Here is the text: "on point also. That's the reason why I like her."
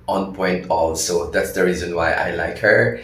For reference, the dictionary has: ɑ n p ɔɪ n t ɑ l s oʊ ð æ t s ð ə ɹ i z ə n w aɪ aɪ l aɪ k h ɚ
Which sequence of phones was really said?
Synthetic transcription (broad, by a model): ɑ n p ɔɪ n t ɑ l s oʊ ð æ t s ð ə ɹ i z ə n w aɪ aɪ l aɪ k h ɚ